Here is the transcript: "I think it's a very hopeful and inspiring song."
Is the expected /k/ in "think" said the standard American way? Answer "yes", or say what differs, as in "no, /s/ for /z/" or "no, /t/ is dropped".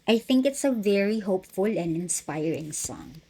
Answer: yes